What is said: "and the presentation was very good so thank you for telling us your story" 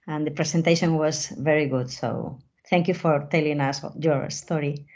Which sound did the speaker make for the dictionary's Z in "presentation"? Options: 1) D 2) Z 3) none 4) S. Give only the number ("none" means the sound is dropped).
4